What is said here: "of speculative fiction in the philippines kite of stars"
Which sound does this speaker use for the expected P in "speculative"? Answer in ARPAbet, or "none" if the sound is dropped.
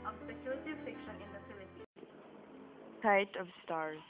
none